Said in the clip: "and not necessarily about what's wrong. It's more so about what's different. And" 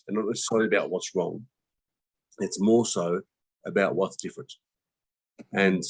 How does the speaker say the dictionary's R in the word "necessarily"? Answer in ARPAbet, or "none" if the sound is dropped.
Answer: none